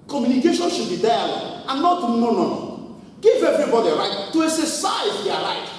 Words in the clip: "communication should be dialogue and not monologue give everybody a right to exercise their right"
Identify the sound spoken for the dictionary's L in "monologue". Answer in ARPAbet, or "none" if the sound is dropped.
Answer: N